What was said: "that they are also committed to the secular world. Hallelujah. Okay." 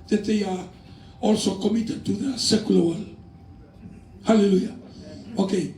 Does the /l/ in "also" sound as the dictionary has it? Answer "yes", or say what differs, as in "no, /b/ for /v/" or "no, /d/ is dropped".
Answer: yes